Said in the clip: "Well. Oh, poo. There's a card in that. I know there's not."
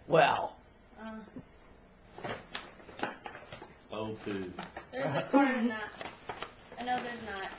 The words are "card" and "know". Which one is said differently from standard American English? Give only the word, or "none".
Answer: card